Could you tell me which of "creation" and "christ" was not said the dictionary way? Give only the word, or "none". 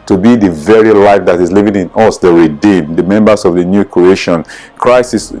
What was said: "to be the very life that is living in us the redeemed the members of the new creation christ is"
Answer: christ